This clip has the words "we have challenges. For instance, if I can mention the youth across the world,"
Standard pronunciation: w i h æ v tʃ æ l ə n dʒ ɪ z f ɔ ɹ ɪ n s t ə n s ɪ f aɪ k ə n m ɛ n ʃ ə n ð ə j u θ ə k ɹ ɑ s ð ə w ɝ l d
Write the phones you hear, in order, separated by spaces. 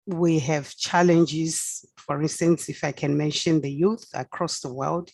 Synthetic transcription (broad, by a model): w i h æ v tʃ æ l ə n dʒ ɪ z f ɔ ɹ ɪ n s t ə n s ɪ f aɪ k ə n m ɛ n ʃ ə n ð ə j u θ ə k ɹ ɑ s ð ə w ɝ l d